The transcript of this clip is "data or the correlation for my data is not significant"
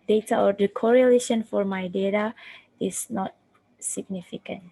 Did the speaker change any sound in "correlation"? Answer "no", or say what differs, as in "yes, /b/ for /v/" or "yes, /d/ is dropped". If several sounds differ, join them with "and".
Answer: no